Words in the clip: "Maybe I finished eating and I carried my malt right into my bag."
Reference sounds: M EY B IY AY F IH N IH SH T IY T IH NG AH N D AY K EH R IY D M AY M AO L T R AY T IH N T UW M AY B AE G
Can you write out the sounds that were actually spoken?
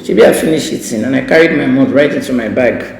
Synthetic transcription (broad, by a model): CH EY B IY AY F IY N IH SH IY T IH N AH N AY K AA R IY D M AY M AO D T R AY T IH N T UW M AY B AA G